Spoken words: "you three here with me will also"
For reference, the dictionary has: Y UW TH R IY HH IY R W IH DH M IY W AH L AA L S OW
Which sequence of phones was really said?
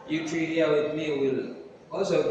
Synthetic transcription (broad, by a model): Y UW T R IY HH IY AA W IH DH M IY W AH L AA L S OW